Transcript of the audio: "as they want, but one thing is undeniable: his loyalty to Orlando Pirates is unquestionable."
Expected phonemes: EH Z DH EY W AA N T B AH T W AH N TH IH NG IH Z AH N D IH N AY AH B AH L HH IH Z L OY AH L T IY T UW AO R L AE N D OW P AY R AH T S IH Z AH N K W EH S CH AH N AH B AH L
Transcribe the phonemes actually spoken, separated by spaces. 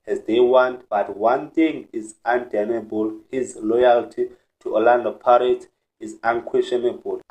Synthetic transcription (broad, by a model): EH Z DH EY W AA N T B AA T W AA N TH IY NG IH Z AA N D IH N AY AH B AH L HH IH Z L OY AH L T IY T UW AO L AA N D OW P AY R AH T IH Z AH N K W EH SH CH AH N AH B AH L